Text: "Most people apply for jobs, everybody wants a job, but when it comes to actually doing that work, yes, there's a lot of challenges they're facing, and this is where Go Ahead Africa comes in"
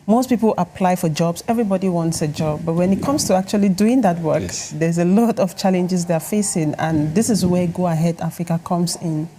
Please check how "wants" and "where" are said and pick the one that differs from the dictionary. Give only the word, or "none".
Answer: none